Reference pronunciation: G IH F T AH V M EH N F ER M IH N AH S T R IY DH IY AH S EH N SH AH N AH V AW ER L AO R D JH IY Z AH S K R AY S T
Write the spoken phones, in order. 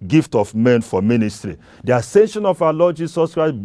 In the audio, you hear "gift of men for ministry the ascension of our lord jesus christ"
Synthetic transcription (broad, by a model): G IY F T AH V M EH N F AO M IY N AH S T R IY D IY AH S EH N SH AH N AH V AW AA L AO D JH IY S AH S K R AY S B